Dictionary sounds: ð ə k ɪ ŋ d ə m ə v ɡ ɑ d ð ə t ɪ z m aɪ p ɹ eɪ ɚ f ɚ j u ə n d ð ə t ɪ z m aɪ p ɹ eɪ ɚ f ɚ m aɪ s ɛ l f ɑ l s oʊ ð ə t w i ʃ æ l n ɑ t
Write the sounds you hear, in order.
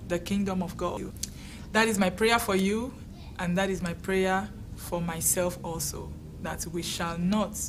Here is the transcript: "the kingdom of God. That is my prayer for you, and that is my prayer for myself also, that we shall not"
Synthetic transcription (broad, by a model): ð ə k ɪ ŋ d ə m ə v ɡ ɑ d ð ə t ɪ z m aɪ p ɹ eɪ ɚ f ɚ j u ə n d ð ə t ɪ z m aɪ p ɹ eɪ ɚ f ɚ m aɪ s ɛ l f ɑ l s oʊ ð ə t w i ʃ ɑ l n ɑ t